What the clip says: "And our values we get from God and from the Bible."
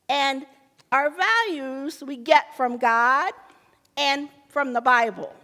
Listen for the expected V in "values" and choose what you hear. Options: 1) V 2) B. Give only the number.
1